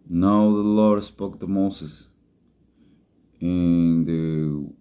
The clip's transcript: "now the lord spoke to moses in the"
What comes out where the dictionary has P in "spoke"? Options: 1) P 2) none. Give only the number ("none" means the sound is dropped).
1